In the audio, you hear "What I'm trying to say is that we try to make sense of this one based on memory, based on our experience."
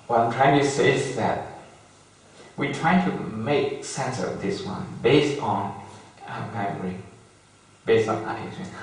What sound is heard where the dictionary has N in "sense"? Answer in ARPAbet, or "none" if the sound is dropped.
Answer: N